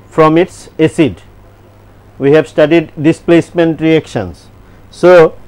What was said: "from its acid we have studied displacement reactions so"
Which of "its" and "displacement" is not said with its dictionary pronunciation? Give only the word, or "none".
none